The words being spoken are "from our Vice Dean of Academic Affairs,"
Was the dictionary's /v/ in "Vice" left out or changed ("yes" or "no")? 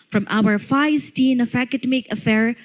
yes